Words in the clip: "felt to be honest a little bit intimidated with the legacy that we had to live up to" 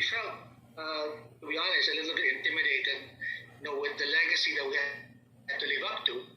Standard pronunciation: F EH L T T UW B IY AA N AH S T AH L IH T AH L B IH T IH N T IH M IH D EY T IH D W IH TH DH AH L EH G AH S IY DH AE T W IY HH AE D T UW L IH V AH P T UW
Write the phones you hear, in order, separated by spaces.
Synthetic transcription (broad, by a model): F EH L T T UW B IY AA L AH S AH L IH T L B IH T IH N T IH M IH D EY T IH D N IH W DH AH L EH G AH S IY DH AE T W IY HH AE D T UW L IH V AH P T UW